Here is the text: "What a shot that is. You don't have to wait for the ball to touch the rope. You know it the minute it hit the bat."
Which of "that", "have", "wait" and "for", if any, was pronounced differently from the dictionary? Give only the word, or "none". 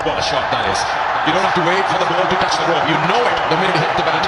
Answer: have